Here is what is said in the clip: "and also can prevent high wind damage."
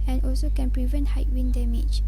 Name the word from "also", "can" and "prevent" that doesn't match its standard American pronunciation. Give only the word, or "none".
none